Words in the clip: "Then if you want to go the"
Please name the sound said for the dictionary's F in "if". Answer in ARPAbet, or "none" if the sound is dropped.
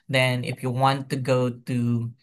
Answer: F